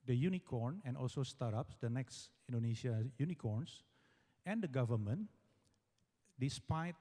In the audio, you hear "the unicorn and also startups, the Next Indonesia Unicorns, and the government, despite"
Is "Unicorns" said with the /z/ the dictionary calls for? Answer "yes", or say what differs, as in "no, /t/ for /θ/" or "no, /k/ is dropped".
no, /s/ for /z/